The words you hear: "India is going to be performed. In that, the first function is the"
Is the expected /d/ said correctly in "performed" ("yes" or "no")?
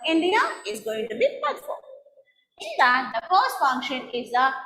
no